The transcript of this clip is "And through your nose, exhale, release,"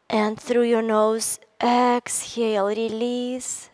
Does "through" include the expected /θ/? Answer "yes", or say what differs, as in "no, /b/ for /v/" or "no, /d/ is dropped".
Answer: yes